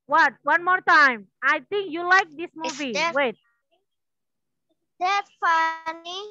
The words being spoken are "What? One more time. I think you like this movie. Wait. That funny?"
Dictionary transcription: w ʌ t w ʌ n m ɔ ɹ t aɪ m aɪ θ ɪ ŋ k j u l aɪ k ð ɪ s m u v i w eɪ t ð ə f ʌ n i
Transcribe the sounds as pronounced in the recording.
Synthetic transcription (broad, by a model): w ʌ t w ʌ n m ɔ ɹ t aɪ m aɪ t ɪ ŋ k j u l aɪ k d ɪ s m u v i w eɪ t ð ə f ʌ n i